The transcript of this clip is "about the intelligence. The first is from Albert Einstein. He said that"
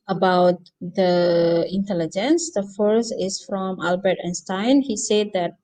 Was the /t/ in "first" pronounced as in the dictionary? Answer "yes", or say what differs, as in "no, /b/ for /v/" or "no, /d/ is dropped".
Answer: no, /t/ is dropped